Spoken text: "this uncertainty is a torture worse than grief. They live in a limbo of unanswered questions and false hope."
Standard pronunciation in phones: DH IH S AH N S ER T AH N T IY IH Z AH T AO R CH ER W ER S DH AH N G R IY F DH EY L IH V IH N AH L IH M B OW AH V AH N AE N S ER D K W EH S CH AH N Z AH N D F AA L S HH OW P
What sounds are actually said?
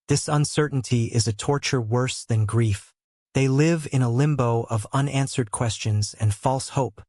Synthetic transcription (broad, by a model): DH IH S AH N S ER T N T IY IH Z AH T AO R CH ER W ER S DH AH N G R IY F DH EY L IH V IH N AH L IH M B OW AH V AH N AE N S ER D K W EH S CH AH N Z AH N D F AA L S HH OW P